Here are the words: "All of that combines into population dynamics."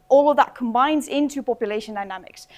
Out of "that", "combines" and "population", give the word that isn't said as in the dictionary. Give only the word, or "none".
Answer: none